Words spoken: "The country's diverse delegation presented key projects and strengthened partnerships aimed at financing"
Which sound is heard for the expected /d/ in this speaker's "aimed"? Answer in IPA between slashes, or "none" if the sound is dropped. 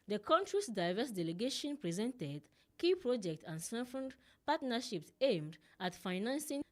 /d/